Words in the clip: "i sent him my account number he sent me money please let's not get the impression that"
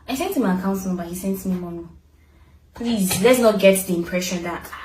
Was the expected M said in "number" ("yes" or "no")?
no